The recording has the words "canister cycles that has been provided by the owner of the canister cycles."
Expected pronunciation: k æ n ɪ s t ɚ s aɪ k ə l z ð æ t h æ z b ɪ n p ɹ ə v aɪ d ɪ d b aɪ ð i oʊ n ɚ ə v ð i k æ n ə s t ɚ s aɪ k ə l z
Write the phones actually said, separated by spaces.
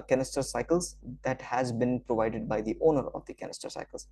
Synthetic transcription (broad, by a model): k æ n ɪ s t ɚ s aɪ k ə l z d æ t h æ z b ɪ n p ɹ ə v aɪ d ɪ d b aɪ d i oʊ n ɚ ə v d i k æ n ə s t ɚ s aɪ k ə l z